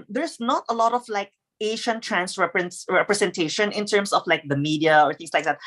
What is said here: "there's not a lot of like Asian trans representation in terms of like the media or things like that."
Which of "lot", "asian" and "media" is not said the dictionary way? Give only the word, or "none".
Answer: asian